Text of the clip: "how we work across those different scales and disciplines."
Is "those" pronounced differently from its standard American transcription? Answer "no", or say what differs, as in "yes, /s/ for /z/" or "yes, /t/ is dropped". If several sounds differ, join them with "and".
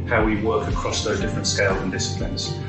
no